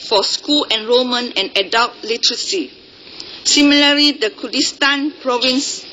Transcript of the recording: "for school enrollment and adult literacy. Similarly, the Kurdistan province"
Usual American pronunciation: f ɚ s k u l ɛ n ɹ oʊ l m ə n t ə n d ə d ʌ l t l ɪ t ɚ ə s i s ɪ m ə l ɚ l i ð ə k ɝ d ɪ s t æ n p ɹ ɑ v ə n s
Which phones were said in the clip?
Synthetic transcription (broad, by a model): f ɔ s k u l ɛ n ɹ oʊ m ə n ə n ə d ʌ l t l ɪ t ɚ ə s i s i m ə l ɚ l i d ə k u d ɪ s t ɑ n p ɹ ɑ v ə n s